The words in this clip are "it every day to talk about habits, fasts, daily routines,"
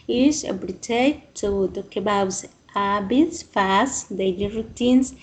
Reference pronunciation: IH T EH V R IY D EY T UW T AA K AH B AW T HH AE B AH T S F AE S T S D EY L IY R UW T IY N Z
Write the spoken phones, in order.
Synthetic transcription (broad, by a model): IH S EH B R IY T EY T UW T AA K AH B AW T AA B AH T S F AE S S D EY L IY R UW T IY N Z